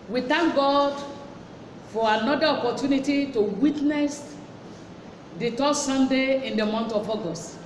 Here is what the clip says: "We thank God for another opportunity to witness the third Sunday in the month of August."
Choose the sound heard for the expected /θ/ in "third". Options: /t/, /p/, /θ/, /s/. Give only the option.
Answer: /t/